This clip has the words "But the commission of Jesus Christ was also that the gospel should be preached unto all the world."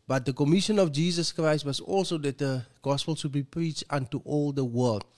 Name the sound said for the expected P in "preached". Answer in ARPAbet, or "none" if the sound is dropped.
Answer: P